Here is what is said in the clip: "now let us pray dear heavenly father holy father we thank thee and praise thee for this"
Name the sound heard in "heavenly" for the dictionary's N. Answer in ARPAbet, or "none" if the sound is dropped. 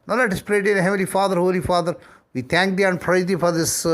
none